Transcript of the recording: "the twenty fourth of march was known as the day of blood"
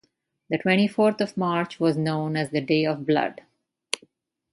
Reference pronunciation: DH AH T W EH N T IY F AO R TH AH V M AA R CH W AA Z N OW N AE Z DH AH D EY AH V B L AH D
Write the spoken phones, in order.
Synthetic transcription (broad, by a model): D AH T W EH N T IY F AO R T AH V M AA R CH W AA Z N OW N AE Z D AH D EY AH V B L AH D